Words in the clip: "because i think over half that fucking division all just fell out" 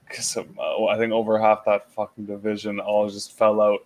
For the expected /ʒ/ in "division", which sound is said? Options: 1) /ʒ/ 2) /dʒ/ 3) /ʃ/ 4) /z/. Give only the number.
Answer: 1